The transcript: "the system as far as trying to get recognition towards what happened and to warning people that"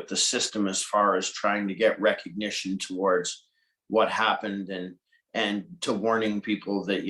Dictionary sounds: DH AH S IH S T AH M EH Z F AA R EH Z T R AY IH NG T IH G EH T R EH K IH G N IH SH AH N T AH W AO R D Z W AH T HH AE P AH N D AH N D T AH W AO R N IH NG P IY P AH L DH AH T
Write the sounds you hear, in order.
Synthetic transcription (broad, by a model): DH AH S IH S T AH M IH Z F AA R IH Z T R AY IH NG T IH G EH T R EH K IH G N IH SH AH N T AH W AO R D Z W AH T HH AE P AH N D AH N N T AH W AO R N IH NG P IY P L DH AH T